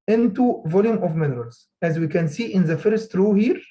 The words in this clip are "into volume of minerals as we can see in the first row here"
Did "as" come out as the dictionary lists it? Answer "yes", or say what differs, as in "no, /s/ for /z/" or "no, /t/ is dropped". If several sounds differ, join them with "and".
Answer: yes